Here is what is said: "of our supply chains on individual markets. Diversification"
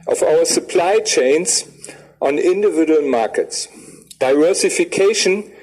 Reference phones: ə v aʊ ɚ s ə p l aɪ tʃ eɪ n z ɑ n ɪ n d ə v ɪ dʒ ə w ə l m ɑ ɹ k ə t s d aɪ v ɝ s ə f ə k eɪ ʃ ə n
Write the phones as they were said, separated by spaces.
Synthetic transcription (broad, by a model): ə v aʊ ɚ s ə p l aɪ tʃ eɪ n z ɑ n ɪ n d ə v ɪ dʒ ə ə l m ɑ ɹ k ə t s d aɪ v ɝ s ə f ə k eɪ ʃ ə n